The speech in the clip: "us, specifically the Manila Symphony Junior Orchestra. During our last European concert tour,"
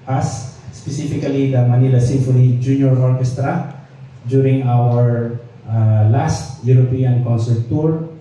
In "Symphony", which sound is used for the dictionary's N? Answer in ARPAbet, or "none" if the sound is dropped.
L